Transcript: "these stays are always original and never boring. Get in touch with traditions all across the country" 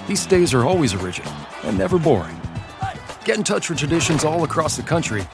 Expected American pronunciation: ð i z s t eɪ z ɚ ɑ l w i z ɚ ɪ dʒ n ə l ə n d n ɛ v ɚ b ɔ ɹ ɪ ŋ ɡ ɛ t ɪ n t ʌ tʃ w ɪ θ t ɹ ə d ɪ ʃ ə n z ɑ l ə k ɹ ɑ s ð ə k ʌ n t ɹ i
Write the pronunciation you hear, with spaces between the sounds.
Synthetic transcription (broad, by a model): ð i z s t eɪ z ɚ ɑ l w i z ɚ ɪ dʒ ə n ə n n ɛ v ɚ b ɔ ɹ ɪ ŋ ɡ ɛ t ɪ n t ʌ tʃ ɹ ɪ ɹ t ɹ ə d ɪ ʃ ə n z ɑ l ə k ɹ ɑ s ð ə k ʌ n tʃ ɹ i